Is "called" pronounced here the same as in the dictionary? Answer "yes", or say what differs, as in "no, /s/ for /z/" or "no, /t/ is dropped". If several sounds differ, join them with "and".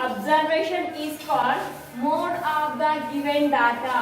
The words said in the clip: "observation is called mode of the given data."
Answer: no, /l/ is dropped